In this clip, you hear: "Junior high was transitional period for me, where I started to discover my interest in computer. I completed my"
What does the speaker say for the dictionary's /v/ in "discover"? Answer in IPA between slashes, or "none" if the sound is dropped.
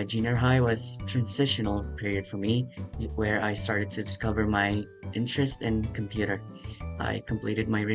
/v/